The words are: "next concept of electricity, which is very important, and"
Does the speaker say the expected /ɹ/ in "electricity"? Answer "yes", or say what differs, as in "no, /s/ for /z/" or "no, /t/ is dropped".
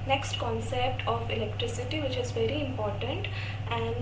yes